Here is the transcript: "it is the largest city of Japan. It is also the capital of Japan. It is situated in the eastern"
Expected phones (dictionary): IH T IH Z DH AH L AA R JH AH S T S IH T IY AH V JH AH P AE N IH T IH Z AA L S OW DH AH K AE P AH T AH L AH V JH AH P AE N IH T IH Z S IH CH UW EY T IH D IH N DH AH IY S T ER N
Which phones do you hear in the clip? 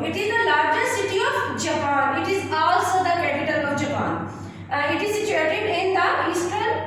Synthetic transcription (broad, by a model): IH T IH Z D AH L AA R JH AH T S IH T IY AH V JH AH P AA N IH T IH Z AA L S OW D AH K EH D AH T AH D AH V JH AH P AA N IH T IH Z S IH CH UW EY T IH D IH N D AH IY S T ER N